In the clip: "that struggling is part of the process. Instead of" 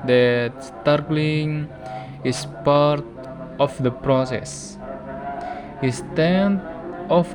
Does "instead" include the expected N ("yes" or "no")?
no